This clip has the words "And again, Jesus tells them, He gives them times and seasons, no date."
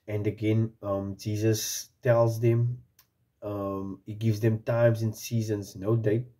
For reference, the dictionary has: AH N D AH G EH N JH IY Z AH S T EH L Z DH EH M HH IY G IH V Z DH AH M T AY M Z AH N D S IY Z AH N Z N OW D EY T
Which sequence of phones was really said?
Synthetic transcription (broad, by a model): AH N D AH G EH N JH IY Z AH S T EH L Z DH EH M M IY G IH V Z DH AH M T AY M Z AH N S IY Z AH N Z N OW D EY T